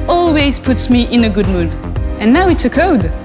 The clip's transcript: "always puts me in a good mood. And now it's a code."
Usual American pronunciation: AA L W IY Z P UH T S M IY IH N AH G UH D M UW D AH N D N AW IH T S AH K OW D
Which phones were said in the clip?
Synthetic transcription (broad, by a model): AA L W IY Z P UH T S M IY IH N AH G UH D M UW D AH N N AW IH T S AH K OW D